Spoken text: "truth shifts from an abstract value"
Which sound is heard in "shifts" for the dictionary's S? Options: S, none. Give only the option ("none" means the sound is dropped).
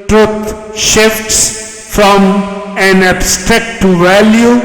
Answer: S